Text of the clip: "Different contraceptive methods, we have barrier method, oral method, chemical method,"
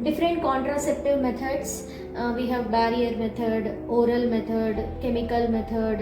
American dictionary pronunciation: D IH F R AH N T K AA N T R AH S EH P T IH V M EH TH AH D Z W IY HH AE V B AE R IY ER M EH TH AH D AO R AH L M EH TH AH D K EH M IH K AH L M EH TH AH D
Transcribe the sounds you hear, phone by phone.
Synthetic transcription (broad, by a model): D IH F R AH N T K AA N T R AH S EH P T IH V M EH T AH D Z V IY HH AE V B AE R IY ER M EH T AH D AO R AH L M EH T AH D K EH M IH K AH L M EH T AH D